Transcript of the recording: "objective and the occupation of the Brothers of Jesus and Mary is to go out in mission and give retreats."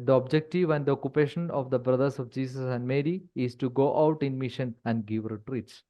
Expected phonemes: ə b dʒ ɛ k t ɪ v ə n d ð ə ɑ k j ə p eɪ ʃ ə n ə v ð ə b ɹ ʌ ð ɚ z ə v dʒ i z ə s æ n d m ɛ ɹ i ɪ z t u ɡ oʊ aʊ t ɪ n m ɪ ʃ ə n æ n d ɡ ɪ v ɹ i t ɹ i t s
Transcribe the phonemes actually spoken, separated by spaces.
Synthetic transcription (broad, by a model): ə b dʒ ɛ k t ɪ v ə n d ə ɑ k j ə p eɪ ʃ ə n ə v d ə b ɹ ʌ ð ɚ s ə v dʒ i s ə s æ n d m ɛ ɹ i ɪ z t u ɡ oʊ aʊ t ɪ n m ɪ ʃ ə n æ n d ɡ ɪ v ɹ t ɹ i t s